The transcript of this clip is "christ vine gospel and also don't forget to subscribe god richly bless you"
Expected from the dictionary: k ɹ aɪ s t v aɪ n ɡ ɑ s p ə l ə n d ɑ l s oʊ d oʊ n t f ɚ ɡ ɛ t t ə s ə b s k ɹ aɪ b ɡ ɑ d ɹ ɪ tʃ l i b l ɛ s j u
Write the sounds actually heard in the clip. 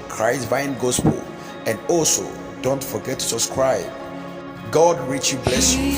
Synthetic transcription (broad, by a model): k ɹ aɪ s v aɪ n ɡ ɑ s p ə l ə n d ɑ l s oʊ d oʊ n t f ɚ ɡ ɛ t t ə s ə s k ɹ aɪ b ɡ ɑ d ɹ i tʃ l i b l ɛ s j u